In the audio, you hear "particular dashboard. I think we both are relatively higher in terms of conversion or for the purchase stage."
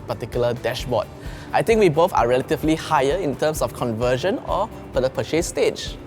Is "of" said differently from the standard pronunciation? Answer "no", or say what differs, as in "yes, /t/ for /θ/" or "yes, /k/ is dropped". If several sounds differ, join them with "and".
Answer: yes, /f/ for /v/